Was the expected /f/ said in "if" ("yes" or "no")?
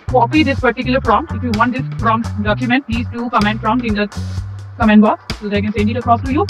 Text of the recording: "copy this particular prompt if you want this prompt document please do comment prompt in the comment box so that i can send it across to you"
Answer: yes